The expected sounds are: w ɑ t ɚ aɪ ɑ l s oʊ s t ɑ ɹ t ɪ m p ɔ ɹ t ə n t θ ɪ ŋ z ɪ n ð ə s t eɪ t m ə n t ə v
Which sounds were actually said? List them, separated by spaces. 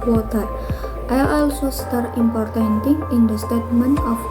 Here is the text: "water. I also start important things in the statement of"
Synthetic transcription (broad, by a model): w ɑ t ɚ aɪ ɑ l s oʊ s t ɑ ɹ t ɪ m p ɔ ɹ t ə n t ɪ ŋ ɪ n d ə s t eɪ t m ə n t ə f